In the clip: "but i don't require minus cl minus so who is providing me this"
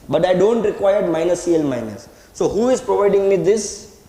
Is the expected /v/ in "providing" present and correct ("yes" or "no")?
yes